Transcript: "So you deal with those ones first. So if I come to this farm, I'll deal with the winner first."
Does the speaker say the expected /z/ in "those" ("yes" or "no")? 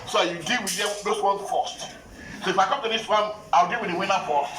no